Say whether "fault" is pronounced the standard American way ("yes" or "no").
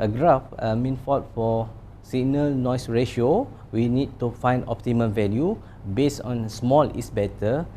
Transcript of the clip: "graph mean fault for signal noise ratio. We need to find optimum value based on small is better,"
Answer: no